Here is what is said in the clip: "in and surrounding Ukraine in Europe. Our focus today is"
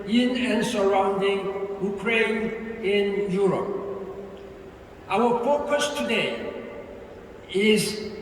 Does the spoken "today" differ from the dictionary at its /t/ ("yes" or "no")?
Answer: no